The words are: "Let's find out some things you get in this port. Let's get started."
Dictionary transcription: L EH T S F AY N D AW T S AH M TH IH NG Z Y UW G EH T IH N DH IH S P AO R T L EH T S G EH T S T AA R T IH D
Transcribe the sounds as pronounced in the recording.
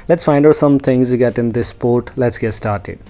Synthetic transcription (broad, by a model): L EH T S F AY N D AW S AH M T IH NG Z Y UW G EH T IH N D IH S P AO R T L EH T S G EH T S T AA R T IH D